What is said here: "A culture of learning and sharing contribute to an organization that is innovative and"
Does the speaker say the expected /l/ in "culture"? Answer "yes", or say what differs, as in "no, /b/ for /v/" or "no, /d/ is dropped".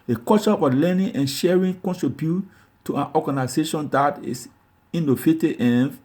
no, /l/ is dropped